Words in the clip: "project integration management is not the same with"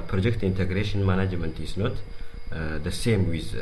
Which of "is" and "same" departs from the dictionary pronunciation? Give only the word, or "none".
is